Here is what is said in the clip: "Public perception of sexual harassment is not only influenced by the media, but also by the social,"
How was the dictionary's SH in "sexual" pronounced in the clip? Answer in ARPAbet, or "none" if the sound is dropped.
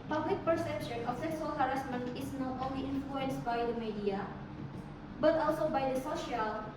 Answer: S